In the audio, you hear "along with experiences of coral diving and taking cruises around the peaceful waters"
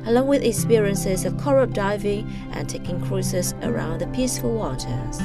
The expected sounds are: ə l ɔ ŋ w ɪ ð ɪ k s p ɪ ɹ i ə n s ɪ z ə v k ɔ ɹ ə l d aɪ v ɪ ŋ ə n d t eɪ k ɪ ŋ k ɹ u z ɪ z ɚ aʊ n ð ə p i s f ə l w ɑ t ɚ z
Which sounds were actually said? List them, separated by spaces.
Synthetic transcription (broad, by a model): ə l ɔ ŋ w ɪ ð ɪ k s p ɪ ɹ i ə n s ɪ z ə v k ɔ ɹ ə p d aɪ v ɪ ŋ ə n t eɪ k ɪ ŋ k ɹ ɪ s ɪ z ɚ aʊ n ð ə p i s f ə l w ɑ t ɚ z